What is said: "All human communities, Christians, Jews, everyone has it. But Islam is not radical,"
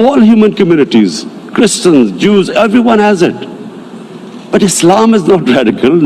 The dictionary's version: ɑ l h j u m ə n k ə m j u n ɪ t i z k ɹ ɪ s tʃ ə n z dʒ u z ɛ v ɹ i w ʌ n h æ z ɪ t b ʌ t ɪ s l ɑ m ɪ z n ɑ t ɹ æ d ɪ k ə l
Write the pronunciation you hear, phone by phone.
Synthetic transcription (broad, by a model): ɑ l h j u m ə n k ə m j u n ɪ t i z k ɹ ɪ s tʃ ə n z dʒ u z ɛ v ɹ i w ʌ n h æ z ɪ t b ʌ t ɪ s l ɑ m ɪ z n ɑ t ɹ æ d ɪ k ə l